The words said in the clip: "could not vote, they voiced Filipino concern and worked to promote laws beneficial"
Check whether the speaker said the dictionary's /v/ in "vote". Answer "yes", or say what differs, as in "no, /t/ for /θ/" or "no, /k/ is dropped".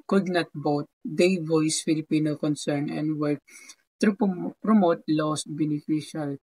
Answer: no, /b/ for /v/